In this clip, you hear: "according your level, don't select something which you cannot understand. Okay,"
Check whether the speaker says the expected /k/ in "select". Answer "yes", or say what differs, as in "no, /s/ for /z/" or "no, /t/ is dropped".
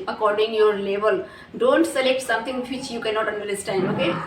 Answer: yes